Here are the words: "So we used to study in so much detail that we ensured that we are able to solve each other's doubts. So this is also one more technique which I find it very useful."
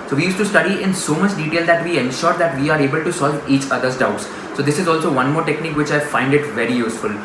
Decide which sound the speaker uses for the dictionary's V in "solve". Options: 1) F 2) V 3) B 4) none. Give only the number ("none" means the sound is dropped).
2